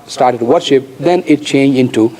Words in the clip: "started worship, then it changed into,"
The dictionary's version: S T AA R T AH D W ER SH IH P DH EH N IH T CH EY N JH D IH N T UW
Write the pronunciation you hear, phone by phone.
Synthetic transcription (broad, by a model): S T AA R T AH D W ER SH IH P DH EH N IH T CH EY N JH IH N T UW